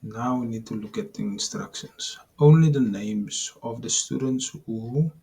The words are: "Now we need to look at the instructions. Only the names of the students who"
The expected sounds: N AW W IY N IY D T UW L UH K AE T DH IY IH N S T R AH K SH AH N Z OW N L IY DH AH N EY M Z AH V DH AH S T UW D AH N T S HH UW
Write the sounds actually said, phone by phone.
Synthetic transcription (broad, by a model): N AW W IY N IY D T UW L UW K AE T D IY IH N S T R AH K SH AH N S OW N L IY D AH N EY M S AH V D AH S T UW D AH N T S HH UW